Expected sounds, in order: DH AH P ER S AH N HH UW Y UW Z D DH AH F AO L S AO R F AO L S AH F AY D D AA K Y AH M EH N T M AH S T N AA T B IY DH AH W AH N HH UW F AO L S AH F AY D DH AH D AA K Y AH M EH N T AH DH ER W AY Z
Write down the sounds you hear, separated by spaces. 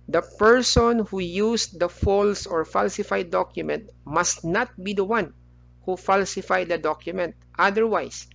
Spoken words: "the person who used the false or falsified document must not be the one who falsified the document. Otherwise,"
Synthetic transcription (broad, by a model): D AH P ER S AH N HH UW Y UW S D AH F AO L S AO R F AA L S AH F AY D D AA K Y AH M EH N T M AH S T N AA T B IY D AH W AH N HH UW F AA L S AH F AY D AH D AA K Y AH M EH N T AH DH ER W AY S